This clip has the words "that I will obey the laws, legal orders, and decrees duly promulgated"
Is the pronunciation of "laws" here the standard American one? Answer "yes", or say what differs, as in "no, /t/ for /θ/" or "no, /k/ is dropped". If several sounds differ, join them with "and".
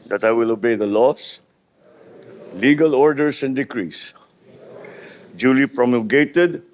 no, /s/ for /z/